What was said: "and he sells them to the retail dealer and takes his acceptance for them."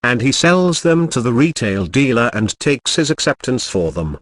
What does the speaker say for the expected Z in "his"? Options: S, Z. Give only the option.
Z